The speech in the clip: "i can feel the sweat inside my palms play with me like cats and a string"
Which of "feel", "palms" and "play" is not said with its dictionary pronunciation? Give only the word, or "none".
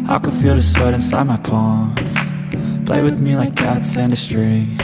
palms